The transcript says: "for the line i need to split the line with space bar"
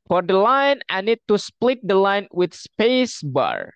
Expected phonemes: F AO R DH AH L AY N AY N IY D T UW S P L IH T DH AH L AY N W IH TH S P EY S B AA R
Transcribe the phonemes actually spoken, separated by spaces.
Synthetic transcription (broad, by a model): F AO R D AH L AY N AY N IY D T UW S P L IH T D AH L AY N W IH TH S P EY S B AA R